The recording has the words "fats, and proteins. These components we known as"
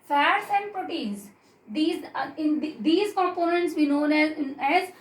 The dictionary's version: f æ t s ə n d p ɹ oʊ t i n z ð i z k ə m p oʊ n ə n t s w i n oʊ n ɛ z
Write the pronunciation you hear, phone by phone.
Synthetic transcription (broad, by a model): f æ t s ə n d p ɹ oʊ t i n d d i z k ə m p oʊ n ə n t s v i n oʊ n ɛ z